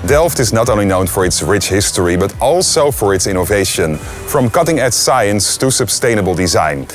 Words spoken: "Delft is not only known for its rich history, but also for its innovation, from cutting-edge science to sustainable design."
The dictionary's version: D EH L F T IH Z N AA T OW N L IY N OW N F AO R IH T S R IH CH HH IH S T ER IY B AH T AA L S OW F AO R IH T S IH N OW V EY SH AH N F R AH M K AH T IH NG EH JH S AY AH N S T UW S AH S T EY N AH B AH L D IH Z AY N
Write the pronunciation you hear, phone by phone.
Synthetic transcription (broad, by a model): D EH L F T IH Z N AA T OW L IY N OW N F AO R IH T S R IH CH HH IH S T ER IY B AH T AA L S OW F AO R IH T S IH N OW V EY SH AH N F R AH M K AH T IH NG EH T S AY AH N S T UW S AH S T EY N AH B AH L D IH Z AY N